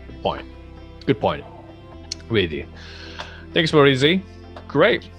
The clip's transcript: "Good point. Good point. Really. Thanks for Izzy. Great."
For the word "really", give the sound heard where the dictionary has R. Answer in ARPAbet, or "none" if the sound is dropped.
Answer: W